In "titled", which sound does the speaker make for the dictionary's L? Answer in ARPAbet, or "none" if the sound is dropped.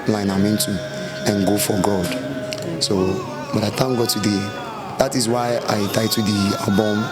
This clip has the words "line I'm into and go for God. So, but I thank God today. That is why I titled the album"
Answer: none